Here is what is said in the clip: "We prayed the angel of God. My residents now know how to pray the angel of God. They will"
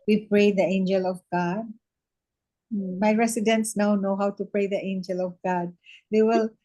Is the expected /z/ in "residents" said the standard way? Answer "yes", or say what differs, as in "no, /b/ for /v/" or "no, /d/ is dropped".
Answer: no, /s/ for /z/